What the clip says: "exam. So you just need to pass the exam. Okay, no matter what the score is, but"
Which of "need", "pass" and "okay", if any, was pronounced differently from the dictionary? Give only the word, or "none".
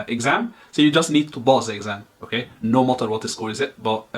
pass